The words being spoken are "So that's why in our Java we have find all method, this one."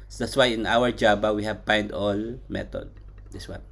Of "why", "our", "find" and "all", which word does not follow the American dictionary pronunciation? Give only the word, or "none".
find